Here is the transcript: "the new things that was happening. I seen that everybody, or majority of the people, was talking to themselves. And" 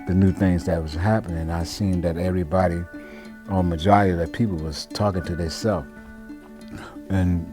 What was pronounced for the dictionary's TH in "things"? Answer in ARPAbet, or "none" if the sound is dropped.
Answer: TH